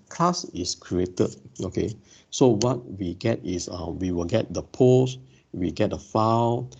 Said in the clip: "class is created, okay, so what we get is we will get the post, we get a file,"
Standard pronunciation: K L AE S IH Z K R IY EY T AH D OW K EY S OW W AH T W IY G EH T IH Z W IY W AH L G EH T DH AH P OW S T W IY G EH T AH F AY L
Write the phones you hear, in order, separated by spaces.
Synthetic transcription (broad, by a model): K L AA S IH S K R IY EY T AH D OW K EY S OW W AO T W IY G EH T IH S W IY W AH L G EH T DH AH P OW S W IY G EH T AH F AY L